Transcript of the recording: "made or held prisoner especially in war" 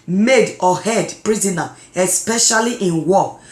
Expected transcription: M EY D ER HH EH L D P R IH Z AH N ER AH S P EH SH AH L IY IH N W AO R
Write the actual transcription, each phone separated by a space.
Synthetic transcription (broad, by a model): M EY D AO HH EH D P R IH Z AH N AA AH S P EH SH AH L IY IH N W AO